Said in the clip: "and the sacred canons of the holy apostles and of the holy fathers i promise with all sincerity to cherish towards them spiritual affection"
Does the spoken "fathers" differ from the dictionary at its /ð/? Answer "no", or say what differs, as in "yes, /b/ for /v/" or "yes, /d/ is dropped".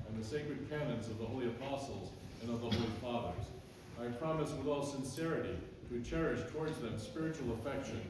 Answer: no